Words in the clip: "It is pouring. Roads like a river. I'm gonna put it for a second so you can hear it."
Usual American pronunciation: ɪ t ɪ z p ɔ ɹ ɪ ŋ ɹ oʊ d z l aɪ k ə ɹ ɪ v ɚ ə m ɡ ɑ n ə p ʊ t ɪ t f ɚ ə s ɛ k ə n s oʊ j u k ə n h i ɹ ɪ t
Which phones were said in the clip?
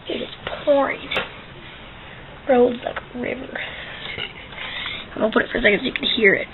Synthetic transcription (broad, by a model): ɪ t ɪ z p ɔ ɹ ɪ ŋ ɹ oʊ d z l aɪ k ɹ ɪ v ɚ ə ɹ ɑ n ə p ʊ t ɪ t f ɚ s ɛ k ə n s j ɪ k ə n h i ɹ ɪ t